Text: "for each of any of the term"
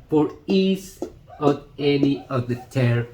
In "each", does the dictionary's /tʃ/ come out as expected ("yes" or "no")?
no